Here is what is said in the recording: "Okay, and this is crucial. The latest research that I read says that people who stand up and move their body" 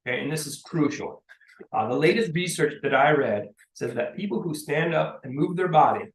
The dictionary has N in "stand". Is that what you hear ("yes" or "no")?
yes